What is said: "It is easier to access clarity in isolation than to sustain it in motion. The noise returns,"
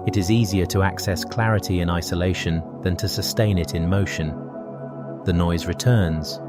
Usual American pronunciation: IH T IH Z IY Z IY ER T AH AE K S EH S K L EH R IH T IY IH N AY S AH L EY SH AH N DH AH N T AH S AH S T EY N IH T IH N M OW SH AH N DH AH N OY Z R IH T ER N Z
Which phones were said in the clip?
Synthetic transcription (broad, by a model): IH T IH Z IY Z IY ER T AH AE K S EH S K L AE R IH T IY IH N AY S AH L EY SH AH N DH AH N T AH S AH S T EY N IH T IH N M OW SH AH N DH AH N OY Z R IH T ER N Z